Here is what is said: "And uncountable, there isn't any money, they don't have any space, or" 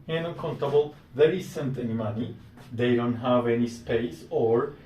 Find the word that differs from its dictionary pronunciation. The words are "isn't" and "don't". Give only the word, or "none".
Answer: isn't